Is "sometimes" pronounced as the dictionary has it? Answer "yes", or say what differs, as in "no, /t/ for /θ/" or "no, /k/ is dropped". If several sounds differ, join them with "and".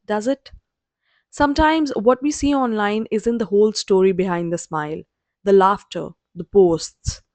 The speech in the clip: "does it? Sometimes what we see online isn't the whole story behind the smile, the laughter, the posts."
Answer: yes